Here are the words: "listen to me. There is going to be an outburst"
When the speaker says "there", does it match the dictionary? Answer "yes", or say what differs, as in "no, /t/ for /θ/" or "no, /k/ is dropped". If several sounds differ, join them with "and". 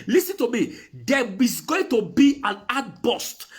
no, /w/ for /ɹ/